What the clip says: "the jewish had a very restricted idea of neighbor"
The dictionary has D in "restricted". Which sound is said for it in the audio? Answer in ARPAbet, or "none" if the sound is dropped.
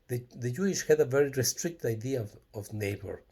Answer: none